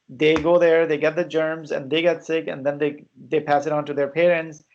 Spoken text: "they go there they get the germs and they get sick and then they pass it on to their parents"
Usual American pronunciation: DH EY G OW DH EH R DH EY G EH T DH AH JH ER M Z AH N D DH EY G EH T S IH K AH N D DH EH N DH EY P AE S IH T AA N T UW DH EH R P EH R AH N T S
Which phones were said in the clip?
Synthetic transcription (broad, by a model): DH EY G OW DH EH R DH EY G EH T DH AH JH ER M Z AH N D DH EY G EH T S IH K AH N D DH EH N DH EY P AE S IH T AA N T UW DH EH R P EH R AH N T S